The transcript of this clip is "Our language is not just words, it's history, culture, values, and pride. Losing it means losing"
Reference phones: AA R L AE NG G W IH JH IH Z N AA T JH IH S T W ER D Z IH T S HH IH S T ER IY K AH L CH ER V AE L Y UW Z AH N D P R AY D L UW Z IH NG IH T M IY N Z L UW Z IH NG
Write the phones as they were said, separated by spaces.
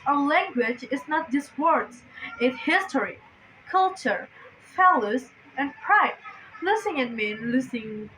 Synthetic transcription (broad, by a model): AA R L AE NG G W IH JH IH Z N AA T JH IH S W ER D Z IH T HH IH S T ER IY K AH L CH ER F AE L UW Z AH N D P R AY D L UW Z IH NG IH T M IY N L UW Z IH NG